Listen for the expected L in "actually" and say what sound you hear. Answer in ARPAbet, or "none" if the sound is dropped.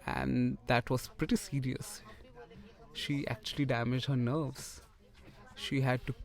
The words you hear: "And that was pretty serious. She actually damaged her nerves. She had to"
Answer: L